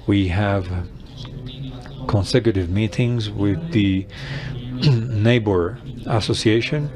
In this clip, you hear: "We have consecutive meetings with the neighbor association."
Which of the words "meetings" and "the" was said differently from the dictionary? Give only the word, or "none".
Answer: none